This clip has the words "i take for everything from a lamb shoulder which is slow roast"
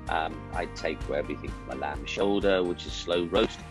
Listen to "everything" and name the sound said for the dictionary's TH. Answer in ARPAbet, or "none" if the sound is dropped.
TH